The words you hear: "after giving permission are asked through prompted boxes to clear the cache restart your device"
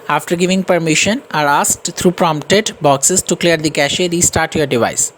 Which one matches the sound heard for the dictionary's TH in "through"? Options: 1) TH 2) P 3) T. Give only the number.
3